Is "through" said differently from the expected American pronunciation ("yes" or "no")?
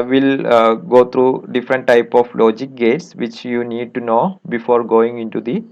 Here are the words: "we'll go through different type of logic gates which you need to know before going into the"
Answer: yes